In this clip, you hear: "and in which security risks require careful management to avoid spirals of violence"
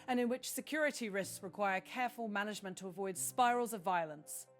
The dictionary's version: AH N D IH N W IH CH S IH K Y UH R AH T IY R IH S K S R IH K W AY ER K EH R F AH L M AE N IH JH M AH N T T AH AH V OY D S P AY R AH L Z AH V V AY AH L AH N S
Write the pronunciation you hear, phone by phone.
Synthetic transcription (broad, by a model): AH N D IH N W IH CH S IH K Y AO R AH T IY R IH S K S R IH K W AY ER K EH F AH L M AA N IH JH M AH N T T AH AH V OY D S P AY R AH L Z AH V V AY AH L AH N S